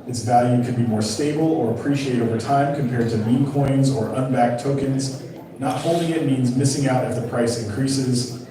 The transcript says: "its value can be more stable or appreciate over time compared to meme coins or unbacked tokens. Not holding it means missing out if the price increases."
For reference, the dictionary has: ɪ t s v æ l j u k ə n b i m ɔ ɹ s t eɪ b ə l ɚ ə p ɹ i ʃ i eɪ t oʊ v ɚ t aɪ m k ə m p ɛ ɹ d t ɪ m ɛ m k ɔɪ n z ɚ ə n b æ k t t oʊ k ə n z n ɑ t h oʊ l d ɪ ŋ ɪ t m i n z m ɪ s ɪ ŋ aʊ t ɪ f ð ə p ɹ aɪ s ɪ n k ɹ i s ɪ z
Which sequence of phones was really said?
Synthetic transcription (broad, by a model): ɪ t s v æ l j u k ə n b i m ɔ ɹ s t eɪ b l ɚ ə p ɹ i ʃ i eɪ t oʊ v ɚ t aɪ m k ə m p ɛ ɹ d t ɪ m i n k ɔɪ n z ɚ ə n b æ k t t oʊ k ə n z n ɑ t h oʊ l d ɪ ŋ ɪ t m i n z m ɪ s ɪ ŋ aʊ t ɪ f ð ə p ɹ aɪ s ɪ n k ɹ i s ɪ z